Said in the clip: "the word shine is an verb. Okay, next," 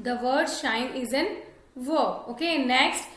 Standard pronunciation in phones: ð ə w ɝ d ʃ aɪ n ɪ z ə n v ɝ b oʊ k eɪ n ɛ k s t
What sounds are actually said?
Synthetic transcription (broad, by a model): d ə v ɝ d ʃ aɪ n ɪ z ə n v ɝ oʊ k eɪ n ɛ k s t